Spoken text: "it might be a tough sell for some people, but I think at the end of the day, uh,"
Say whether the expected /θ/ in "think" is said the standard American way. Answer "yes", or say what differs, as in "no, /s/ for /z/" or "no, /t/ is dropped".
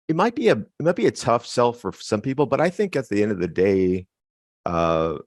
yes